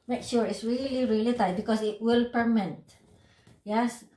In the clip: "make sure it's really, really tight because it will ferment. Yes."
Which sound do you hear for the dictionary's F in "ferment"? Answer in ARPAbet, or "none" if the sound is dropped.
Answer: P